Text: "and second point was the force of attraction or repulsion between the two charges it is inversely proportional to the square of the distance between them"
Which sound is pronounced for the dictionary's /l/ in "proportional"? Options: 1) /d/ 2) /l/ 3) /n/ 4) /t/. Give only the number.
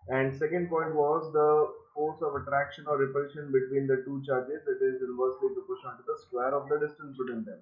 3